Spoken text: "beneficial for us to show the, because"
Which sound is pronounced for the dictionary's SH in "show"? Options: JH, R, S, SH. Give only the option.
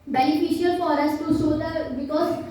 S